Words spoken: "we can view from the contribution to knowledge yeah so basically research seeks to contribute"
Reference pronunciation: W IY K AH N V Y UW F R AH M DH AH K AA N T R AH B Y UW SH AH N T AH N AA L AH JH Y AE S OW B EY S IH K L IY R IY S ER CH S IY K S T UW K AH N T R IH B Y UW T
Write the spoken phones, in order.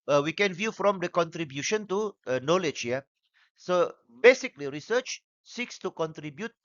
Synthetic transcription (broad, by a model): W IY K AH N V Y UW F R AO M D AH K AA N T R AH B Y UW SH AH N T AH N AA L AH JH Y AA S OW B EY S IH K L IY R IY S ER CH S IY K S T UW K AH N T R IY B Y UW T